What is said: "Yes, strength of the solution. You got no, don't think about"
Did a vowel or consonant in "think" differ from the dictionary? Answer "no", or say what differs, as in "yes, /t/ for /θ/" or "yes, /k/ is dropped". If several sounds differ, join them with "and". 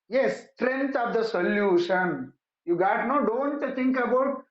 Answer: yes, /t/ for /θ/